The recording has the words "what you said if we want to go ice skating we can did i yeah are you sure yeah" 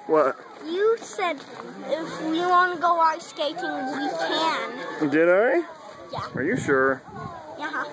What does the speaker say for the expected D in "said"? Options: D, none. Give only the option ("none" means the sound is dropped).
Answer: D